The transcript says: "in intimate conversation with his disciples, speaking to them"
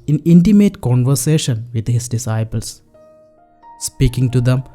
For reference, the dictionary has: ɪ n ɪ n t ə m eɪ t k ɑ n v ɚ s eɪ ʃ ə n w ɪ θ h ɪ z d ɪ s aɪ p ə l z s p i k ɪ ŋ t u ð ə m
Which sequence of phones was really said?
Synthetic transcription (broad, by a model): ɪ n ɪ n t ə m eɪ t k ɑ n v ɚ s eɪ ʃ ə n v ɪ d h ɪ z d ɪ s aɪ p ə l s s p i k ɪ ŋ t u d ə m